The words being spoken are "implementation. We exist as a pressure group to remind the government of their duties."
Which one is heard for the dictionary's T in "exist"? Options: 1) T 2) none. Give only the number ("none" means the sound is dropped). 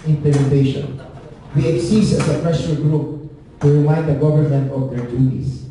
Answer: 2